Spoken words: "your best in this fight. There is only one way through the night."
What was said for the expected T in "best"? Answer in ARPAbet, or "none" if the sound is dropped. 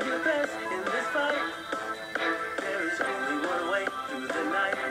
none